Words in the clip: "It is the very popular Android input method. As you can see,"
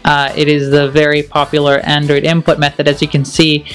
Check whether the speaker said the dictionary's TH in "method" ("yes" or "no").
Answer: yes